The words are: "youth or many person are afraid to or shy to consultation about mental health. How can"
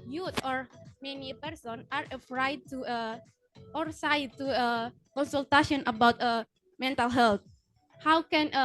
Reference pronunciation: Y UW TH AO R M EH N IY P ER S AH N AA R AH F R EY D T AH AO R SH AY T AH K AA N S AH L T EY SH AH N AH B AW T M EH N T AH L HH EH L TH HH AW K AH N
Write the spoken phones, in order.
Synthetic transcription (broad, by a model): Y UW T AO R M EH N IY P ER S AH N AA R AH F R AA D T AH AO R S AY T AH K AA N S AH L T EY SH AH N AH B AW T M EH N T AH L HH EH L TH HH AW K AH N